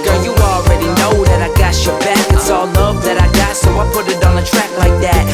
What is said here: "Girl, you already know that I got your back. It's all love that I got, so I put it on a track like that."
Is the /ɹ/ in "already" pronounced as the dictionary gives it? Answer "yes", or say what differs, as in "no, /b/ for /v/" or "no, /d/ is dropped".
yes